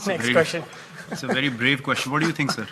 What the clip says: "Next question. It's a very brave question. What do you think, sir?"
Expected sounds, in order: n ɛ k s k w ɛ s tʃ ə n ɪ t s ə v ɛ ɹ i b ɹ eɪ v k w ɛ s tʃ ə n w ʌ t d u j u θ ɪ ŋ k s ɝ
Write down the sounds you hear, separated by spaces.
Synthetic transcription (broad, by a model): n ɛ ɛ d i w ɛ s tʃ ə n ɪ t s ə v ɛ ɹ i b ɹ eɪ v k w ɛ s tʃ ə n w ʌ t d u j u t ɪ ŋ k s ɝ